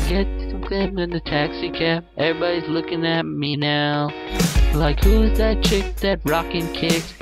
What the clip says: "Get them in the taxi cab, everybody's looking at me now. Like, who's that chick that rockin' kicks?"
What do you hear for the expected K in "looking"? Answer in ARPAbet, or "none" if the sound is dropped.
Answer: K